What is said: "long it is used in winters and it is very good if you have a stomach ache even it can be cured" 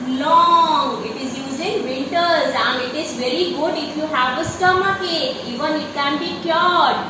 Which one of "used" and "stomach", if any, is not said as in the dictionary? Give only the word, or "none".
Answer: used